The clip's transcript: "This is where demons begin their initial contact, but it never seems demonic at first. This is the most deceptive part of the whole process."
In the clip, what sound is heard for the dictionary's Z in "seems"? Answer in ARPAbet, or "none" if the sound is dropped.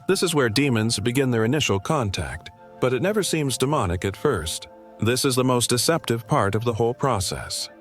Z